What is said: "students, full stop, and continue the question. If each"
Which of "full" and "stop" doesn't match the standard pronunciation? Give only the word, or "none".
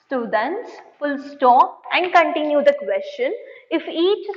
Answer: stop